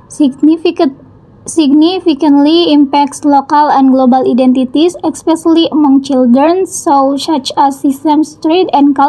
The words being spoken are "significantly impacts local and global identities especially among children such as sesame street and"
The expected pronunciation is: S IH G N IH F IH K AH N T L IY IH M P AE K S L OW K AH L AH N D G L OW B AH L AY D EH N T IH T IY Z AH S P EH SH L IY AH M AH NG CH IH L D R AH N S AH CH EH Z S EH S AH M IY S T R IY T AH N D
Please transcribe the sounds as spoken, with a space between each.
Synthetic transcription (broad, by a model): S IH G N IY F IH K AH N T L IY M P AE K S L OW K AH L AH N G L OW B AH L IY D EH N T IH T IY S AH S P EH S L IY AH M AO NG CH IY L D R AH N S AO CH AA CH S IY S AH M S T R IY T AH N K